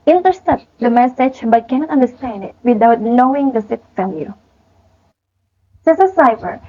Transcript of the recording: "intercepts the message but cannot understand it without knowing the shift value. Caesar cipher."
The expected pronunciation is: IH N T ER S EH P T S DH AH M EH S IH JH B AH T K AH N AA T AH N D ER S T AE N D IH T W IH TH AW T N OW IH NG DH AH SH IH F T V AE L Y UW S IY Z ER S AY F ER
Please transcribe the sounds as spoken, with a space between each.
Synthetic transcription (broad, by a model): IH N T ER S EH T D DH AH M EH S IH JH B AH T K AH N AA T AH N D ER S T AE N D IH T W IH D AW T N OW IH NG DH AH S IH T F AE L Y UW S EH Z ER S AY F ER